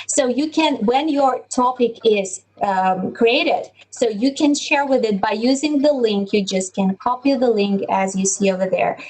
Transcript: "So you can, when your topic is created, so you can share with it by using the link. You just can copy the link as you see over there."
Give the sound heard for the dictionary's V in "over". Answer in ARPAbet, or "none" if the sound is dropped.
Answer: V